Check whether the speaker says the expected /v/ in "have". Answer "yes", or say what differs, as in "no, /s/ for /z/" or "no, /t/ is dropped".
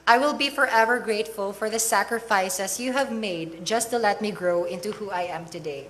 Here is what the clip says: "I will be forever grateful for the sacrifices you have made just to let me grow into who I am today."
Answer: yes